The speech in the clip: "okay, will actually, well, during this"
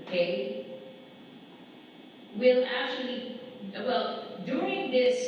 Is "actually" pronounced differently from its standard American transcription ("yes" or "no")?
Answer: no